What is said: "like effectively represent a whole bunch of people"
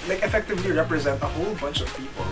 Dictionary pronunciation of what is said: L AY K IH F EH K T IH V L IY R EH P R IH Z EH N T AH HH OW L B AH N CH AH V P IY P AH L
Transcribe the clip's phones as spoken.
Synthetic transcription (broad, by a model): L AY K IH F EH K T IH V L IY R EH P R IH Z EH N T AH HH OW L B AH N CH AH V P IY P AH L